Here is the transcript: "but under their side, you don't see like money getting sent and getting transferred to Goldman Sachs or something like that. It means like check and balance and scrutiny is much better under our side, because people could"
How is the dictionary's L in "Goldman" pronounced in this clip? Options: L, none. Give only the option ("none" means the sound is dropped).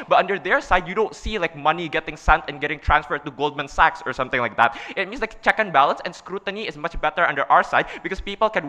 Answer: L